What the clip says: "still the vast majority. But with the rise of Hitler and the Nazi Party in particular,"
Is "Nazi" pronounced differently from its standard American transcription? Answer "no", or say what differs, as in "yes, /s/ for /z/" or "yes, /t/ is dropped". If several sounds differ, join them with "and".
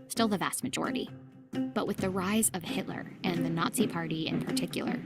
no